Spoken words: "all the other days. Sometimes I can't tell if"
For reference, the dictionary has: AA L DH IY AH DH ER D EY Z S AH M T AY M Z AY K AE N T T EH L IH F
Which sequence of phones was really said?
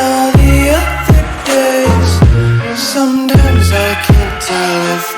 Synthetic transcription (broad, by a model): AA DH IY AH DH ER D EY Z S AH M T AY M Z AY K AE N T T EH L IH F